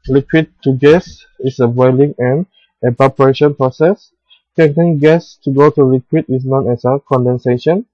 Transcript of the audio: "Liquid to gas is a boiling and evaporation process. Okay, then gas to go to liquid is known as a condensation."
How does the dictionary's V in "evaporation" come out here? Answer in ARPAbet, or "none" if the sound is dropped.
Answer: B